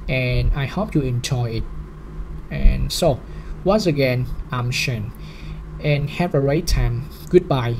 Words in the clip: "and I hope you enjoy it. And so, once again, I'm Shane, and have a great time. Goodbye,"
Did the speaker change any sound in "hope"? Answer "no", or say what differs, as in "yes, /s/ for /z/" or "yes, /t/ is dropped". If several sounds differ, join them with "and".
no